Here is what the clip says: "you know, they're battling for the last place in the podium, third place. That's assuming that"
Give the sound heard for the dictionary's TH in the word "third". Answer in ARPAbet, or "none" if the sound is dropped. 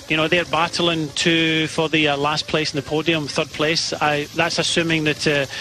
TH